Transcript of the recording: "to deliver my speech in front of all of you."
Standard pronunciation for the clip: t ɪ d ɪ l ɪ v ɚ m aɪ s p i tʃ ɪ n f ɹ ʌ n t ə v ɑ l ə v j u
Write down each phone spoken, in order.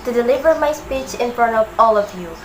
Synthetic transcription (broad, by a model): t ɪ d ɪ l ɪ v ɚ m aɪ s p i tʃ ɪ n f ɹ ʌ n t ə v ɑ l ə v j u